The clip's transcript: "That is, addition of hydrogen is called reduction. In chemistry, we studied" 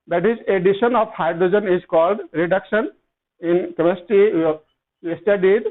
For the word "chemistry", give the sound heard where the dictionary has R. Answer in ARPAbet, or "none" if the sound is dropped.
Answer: none